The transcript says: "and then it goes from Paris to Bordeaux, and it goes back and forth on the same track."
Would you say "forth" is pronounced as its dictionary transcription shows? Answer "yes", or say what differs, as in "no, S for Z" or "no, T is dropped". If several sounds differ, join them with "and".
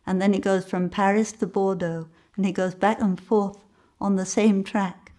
yes